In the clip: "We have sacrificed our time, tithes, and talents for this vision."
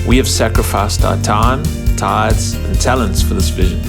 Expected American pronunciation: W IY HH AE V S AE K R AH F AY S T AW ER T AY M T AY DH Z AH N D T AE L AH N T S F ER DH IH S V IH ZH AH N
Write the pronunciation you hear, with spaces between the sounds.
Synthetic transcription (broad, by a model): W IY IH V S AE K R AH F AY S T AW ER T AY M T AY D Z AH N T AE L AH N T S F ER DH IH S V IH ZH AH N